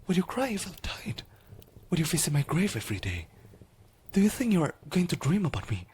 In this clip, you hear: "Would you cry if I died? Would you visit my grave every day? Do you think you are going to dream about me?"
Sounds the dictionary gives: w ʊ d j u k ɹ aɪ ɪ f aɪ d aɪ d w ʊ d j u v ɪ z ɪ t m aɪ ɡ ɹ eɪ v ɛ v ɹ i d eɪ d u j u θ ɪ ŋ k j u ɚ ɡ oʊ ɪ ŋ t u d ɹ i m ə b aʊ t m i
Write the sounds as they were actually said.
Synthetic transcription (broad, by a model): w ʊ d j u k ɹ aɪ ɪ f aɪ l aɪ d w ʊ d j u f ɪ s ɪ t m aɪ ɡ ɹ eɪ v ɛ v ɹ i d eɪ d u j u θ ɪ ŋ k j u ɚ ɡ oʊ ɪ ŋ t u d ɹ i m ə b aʊ t m i